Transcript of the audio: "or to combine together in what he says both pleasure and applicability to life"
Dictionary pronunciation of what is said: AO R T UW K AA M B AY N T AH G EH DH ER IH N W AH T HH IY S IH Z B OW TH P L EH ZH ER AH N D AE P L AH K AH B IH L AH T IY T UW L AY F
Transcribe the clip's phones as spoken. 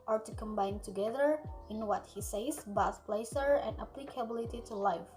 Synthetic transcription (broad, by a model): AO R T UW K AA M B AY N T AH G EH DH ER IH N W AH T HH IY S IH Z B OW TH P L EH S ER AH N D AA P L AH K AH B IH L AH T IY T UW L AY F